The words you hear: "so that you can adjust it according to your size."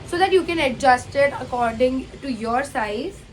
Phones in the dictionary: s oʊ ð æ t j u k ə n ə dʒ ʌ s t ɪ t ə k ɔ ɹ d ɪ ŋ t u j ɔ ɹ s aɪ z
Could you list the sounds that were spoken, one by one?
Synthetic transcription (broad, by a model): s oʊ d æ t j u k ə n ə dʒ ʌ s t ɪ t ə k ɔ ɹ d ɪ ŋ t u j ɔ ɹ s aɪ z